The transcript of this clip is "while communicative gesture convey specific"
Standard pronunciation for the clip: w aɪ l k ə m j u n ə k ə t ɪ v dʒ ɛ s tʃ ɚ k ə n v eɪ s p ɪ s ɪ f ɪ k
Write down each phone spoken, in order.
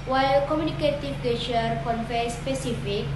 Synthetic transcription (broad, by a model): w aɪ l k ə m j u n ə k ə t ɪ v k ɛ tʃ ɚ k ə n f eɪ s p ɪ s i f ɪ k